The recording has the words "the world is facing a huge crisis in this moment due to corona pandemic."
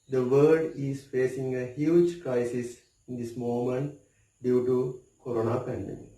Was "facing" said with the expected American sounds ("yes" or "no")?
yes